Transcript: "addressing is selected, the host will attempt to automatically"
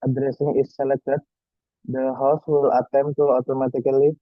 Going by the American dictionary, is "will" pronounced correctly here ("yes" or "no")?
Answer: yes